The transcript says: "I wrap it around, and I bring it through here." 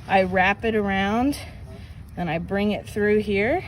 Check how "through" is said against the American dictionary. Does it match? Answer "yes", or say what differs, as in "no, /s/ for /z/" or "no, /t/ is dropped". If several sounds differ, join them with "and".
yes